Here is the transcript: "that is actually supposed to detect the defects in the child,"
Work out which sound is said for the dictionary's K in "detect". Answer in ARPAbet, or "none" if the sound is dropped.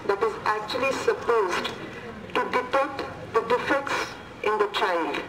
none